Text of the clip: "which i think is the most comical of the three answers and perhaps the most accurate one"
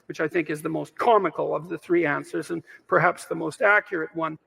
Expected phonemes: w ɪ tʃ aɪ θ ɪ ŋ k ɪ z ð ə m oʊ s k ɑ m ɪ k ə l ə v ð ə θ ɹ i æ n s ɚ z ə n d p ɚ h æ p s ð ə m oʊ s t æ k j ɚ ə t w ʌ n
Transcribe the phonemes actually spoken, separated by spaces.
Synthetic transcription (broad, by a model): w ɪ tʃ aɪ θ ɪ ŋ k ɪ z ð ə m oʊ s k ɑ m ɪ k l ə v ð ə θ ɹ i æ n s ɚ z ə n p ɚ h æ p s ð ə m oʊ s t æ k j ɚ ə t w ʌ n